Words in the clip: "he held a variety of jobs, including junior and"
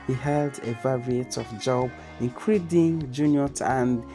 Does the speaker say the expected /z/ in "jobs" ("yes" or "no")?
no